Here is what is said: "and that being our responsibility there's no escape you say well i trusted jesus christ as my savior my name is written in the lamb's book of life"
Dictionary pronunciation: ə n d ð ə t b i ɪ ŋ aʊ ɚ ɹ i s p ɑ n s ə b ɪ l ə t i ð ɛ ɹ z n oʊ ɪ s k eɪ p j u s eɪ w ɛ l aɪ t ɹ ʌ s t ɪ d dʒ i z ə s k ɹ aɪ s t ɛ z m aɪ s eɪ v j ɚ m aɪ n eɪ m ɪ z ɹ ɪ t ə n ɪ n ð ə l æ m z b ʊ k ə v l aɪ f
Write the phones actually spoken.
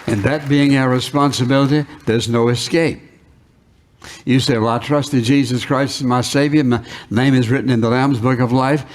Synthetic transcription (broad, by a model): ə n ð ə t b i ɪ ŋ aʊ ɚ ɹ i s p ɑ n s ə b ɪ l ə t i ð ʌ ɹ z n oʊ ɪ s k eɪ p j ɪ s eɪ w ɛ l aɪ t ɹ ʌ s t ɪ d dʒ i z ə s k ɹ aɪ s t m aɪ s eɪ v j ɚ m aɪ n eɪ m ɪ z ɹ ɪ t n ɪ n ð ə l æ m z b ʊ k ə v l aɪ f